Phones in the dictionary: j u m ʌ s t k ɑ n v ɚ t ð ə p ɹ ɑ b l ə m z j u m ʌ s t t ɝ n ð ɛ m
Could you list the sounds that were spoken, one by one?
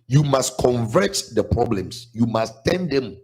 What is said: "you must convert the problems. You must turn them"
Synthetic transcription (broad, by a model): j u m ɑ s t k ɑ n v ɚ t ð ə p ɹ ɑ b l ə m s j u m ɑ s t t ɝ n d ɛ m